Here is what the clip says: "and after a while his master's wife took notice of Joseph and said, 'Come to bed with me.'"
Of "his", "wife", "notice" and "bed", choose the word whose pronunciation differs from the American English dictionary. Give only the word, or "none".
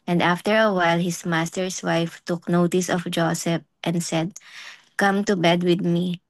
his